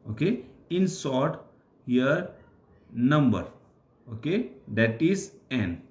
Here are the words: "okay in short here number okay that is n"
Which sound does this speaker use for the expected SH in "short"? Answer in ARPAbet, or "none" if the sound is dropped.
S